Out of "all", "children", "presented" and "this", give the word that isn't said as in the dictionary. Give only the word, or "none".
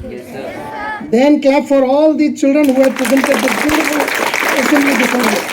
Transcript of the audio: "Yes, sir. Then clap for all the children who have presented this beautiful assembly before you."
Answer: this